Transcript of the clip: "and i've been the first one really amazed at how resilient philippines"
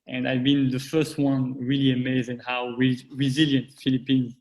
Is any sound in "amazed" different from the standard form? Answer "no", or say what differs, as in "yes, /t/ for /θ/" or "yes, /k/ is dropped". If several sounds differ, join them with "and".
yes, /d/ is dropped